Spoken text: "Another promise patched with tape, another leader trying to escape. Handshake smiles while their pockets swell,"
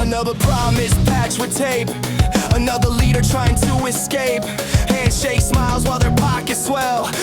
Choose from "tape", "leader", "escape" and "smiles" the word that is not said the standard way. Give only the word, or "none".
none